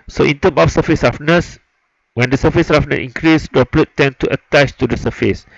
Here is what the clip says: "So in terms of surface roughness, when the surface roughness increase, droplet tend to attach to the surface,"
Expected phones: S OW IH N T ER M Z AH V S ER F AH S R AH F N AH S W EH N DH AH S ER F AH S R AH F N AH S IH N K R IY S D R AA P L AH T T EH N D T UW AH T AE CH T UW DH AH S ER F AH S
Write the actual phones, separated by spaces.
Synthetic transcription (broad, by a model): S OW IH N T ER M AH F S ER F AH S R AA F N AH S W EH N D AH S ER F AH S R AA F N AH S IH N K R IY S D AA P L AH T T EH N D T UW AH T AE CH T UW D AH S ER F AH S